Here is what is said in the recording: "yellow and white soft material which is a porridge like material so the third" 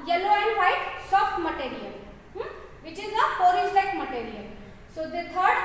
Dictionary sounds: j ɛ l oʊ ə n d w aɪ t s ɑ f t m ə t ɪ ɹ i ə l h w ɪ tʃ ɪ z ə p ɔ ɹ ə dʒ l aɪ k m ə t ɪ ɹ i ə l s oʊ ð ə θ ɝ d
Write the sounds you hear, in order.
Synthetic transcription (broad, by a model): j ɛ l oʊ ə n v aɪ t s ɑ f t m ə t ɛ ɹ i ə l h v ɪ tʃ ɪ z ə f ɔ ɹ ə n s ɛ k m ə t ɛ ɹ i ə l s oʊ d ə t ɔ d